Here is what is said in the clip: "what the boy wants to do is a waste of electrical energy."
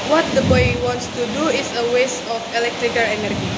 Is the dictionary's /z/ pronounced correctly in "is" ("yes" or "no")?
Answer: no